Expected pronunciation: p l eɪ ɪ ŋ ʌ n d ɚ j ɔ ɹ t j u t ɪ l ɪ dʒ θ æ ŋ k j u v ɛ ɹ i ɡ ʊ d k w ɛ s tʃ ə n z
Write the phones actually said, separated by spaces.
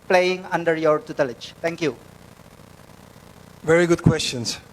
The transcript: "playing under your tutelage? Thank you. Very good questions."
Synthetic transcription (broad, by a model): p l eɪ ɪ ŋ ʌ n d ɚ j ɔ ɹ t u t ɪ l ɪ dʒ t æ ŋ k j u v ɛ ɹ i ɡ ʊ d k w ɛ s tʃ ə n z